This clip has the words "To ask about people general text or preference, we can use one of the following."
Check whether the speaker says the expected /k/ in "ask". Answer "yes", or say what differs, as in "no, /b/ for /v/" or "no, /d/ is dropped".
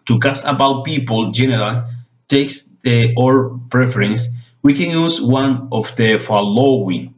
no, /k/ is dropped